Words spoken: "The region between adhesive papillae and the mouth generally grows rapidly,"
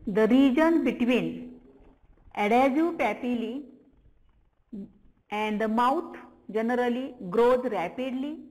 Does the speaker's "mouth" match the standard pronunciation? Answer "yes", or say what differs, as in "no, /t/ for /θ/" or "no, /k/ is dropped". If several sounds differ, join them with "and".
no, /t/ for /θ/